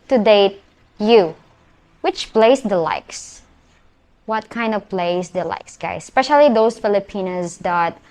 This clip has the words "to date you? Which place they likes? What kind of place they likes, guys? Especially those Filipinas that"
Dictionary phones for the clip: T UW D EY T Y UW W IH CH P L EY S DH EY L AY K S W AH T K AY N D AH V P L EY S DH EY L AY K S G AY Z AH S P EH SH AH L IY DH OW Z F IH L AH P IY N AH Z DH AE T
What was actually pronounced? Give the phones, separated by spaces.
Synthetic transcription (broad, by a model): T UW D EY T Y UW W IH CH P L EY S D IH L AY K S W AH T K AY N D AH V P L EY S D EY L AY K S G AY AH S P EH SH AH L IY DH OW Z F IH L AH P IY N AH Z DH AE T